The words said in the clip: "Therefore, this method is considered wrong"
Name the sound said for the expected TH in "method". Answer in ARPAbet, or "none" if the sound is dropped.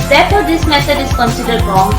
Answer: S